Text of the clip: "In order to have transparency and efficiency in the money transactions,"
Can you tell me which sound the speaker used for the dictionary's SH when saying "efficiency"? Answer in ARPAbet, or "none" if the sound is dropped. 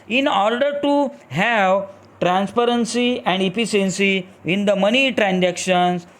S